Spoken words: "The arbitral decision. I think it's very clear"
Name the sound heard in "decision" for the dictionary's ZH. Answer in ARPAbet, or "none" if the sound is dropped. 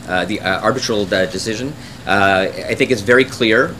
ZH